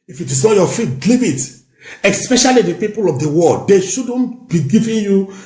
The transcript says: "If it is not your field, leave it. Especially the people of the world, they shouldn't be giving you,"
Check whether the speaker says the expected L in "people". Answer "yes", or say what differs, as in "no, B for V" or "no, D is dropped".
yes